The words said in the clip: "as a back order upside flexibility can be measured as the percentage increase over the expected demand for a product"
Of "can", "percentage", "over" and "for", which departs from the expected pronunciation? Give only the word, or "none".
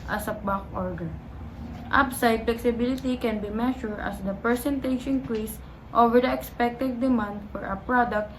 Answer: percentage